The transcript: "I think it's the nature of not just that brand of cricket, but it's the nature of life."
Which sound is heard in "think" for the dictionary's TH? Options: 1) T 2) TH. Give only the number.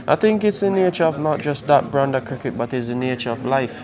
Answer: 2